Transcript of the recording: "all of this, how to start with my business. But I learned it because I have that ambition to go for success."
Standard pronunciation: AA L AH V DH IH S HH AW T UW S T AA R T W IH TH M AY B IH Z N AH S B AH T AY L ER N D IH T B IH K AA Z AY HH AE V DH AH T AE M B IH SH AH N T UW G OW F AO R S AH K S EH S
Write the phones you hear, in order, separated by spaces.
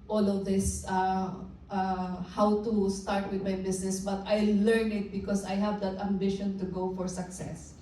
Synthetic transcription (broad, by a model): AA L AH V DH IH S HH AW T UW S T AA R T W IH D M AY B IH S N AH S B AH T AY L ER N IH T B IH K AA S AY HH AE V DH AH T AE M B IH SH AH N T UW G OW F AO R S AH K S EH S